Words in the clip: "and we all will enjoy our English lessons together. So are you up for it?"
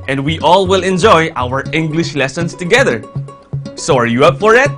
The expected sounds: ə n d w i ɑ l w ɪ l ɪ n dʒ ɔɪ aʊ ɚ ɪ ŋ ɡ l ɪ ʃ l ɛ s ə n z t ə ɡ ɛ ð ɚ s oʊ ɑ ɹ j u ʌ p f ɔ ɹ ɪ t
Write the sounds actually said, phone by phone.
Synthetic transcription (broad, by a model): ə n d w i ɑ l w ɪ l ɪ n dʒ ɔɪ aʊ ɚ ɪ ŋ ɡ l ɪ ʃ l ɛ s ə n s t ə ɡ ɛ ð ɚ s oʊ ɑ ɹ j u ʌ p f ɔ ɹ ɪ t